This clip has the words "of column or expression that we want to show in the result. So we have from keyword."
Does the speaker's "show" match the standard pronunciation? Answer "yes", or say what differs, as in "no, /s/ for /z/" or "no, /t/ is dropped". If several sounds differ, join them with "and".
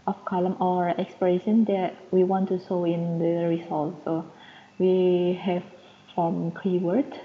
no, /s/ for /ʃ/